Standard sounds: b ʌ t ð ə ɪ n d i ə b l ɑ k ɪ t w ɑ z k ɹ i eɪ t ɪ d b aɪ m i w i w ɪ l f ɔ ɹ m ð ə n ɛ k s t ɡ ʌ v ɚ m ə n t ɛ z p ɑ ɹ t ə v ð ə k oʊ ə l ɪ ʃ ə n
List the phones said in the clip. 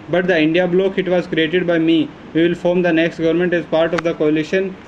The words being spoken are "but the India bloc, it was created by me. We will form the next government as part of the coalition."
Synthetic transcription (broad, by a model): b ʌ t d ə ɪ n d i ə b l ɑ k ɪ t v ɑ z k ɹ i eɪ t ɪ d b aɪ m i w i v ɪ l f ɔ ɹ m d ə n ɛ k s t ɡ ʌ v ɚ m ə n t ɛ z p ɑ ɹ t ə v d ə k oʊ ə l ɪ ʃ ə n